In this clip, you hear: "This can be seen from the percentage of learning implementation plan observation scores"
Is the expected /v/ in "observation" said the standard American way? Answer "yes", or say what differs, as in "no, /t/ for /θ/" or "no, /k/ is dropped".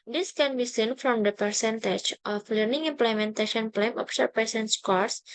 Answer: no, /p/ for /v/